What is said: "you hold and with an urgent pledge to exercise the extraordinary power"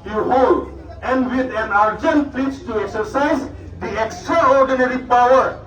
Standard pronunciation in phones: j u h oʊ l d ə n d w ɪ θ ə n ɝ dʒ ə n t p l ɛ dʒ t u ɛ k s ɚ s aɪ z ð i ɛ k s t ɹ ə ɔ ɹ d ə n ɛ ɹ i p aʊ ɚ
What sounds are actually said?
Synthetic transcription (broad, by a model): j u h oʊ l d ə n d w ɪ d ə n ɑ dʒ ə n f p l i tʃ t u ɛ k s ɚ s aɪ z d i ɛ k s t ɹ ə ɔ ɹ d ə n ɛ ɹ i p aʊ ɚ